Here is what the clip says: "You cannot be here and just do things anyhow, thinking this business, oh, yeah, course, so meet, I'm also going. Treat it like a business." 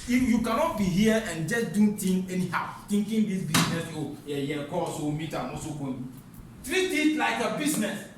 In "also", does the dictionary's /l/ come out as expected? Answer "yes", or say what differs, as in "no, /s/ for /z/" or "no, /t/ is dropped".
no, /l/ is dropped